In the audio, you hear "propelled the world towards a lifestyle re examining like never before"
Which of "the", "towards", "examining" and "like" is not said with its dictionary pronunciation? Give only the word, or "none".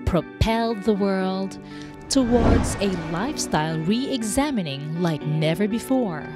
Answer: none